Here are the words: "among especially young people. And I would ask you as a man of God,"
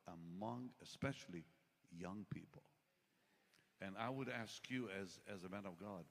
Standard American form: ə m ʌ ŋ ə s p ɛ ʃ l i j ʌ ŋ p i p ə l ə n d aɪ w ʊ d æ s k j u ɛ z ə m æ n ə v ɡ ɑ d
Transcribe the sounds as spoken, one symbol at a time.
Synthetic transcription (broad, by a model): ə m ʌ ŋ ə s p ɛ ʃ l i j ʌ ŋ p i p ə l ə n aɪ w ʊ d æ s k j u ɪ z ə m æ n ə v ɡ ɑ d